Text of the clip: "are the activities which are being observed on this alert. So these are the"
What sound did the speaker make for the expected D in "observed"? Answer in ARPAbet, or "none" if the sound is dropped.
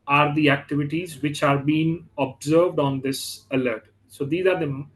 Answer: D